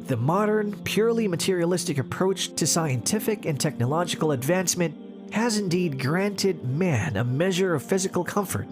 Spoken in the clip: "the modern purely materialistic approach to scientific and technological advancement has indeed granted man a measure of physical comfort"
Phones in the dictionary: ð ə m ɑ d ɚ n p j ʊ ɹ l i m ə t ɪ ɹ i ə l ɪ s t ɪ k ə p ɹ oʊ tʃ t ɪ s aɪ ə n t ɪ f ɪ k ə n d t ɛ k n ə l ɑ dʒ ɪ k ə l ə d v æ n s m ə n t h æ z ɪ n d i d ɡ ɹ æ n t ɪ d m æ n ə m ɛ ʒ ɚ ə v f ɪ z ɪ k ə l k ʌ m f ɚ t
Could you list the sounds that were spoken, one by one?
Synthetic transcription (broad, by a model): ð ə m ɑ d ɚ n p j ʊ ɹ l i m ə t ɪ ɹ i ə l ɪ s t ɪ k ə p ɹ oʊ tʃ t ɪ s aɪ ə n t ɪ f ɪ k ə n t ɛ k n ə l ɑ dʒ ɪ k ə l ə d v æ n s m ə n t h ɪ z ɪ n d i d ɡ ɹ æ n t ɪ d m æ n ə m ɛ ʒ ɚ ə v f ɪ z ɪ k l k ʌ m f ɚ t